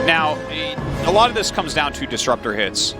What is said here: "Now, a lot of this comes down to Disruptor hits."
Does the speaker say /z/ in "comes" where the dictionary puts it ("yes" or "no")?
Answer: yes